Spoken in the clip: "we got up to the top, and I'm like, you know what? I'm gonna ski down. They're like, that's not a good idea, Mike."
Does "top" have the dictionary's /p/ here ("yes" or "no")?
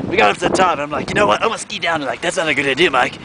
no